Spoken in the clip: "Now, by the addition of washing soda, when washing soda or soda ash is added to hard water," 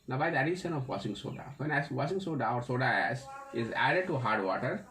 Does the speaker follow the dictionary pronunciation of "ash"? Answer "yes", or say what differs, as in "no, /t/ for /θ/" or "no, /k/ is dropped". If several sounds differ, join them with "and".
no, /s/ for /ʃ/